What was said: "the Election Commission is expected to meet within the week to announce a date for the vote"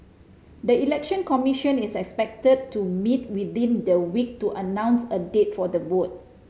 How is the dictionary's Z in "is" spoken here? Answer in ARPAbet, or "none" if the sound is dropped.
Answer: S